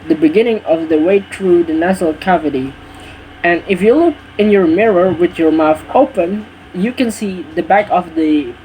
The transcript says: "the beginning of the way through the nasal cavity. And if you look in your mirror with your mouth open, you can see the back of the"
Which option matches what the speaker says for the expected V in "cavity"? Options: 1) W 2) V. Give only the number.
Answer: 2